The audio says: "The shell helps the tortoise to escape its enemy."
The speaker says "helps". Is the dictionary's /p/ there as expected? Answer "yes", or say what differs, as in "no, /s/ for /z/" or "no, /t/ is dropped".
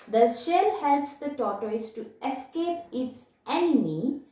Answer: yes